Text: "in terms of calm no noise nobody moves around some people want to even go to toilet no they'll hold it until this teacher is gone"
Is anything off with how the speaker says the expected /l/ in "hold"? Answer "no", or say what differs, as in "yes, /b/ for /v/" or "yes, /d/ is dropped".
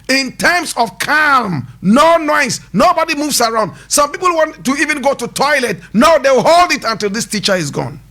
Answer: no